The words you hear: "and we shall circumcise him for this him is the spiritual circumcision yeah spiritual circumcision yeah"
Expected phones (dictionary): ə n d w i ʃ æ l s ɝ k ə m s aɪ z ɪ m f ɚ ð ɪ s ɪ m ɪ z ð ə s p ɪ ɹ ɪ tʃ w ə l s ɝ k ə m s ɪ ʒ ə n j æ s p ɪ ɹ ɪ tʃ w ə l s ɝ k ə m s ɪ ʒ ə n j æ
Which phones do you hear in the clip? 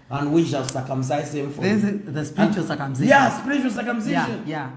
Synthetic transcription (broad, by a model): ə n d w i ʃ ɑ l s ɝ k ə m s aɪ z ɪ m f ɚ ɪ ɪ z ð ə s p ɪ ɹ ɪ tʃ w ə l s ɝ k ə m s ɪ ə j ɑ s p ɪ ɹ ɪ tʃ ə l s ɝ k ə m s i ʃ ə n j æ